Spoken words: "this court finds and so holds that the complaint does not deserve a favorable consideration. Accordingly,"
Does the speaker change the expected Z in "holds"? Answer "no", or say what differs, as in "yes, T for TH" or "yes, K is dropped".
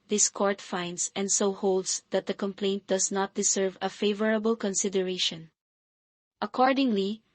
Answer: yes, S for Z